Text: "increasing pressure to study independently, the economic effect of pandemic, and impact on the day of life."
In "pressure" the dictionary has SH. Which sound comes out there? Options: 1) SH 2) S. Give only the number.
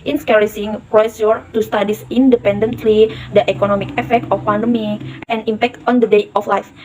2